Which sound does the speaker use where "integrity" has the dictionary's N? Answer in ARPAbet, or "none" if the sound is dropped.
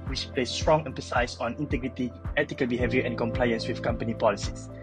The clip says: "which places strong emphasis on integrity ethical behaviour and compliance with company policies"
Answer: N